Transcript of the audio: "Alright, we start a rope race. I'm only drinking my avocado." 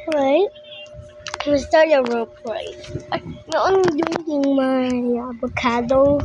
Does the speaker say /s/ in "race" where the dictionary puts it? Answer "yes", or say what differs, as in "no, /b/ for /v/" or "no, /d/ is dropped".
no, /s/ is dropped